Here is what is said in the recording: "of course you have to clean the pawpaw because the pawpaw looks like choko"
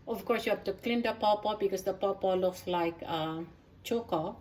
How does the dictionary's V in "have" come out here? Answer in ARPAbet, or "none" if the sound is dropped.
F